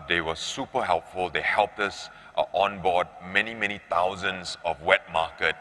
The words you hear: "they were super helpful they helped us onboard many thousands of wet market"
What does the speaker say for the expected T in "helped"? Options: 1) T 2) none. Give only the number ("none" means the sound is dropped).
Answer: 1